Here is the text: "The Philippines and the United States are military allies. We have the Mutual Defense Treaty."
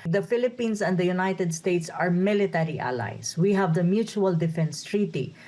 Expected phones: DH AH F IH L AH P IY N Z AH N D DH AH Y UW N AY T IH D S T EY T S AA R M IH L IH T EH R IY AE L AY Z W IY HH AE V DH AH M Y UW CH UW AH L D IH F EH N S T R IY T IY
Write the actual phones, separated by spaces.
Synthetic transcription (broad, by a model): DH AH F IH L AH P IY N S AH N D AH Y UW N AY T IH D S T EY T S AA R M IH L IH T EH R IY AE L AY S W IY HH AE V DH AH M Y UW CH UW AH L D IH F EH N S T R IY T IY